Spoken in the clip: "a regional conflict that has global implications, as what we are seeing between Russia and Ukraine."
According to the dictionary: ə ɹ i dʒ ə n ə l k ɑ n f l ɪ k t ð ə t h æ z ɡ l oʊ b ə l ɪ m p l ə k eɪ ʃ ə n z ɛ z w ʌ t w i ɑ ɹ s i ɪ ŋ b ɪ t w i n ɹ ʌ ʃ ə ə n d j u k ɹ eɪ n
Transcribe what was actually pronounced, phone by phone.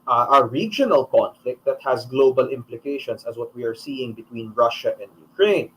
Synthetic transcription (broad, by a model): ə ɹ i dʒ ə n ə l k ɑ n f l ɪ k t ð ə t h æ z ɡ l oʊ b ə l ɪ m p l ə k eɪ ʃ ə n s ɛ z w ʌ t w i ɑ ɹ s i ɪ ŋ b ɪ t w i n ɹ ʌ ʃ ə ə n d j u k ɹ eɪ n